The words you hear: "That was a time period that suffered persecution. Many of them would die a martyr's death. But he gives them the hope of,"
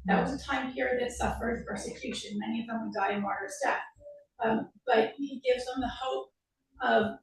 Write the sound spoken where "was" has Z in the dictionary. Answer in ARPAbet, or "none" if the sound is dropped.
Z